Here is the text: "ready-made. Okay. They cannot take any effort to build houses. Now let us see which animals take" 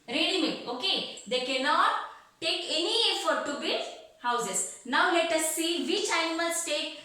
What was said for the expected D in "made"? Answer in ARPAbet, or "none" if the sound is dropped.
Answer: none